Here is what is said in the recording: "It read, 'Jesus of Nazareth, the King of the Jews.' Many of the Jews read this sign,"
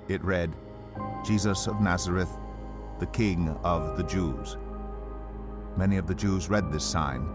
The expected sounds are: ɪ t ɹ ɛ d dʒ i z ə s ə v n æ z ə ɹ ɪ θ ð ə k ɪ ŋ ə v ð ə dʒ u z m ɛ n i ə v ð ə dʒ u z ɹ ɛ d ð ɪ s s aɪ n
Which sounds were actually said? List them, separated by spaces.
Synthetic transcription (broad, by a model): ɪ t ɹ ɛ d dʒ i z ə s ə v n æ z ə ɹ ɪ θ ð ə k ɪ ŋ ə v ð ə dʒ u z m ɛ n i ə v ð ə dʒ u z ɹ ɛ d ð ɪ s s aɪ n